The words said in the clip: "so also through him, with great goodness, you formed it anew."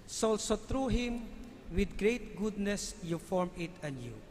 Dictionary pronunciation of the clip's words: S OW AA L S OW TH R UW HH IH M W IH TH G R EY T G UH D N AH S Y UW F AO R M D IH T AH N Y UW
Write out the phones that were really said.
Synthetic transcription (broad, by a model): S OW AA L S OW T R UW HH IH M W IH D G R EY T G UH D N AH S Y UW F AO R M IH T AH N Y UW